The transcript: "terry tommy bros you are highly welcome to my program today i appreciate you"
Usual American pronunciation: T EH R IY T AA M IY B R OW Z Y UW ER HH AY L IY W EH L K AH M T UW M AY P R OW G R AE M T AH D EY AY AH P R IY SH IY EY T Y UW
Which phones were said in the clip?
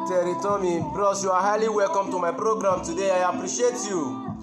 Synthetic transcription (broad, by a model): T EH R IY T AA M IY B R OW S Y UW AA HH AY L IY W EH L K AH M T UW M AY P R OW G R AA M T AH D EY AY AH P R IY SH IY EY T Y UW